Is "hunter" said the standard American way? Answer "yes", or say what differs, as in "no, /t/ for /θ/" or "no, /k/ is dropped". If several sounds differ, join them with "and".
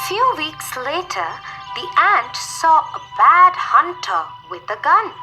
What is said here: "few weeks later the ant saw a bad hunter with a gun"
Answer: yes